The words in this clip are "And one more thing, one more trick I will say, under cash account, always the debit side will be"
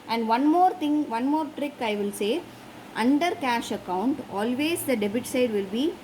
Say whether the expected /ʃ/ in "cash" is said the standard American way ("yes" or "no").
yes